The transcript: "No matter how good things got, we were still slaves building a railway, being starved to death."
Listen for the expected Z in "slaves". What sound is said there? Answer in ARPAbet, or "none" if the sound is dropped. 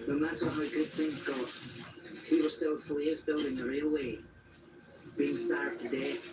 Z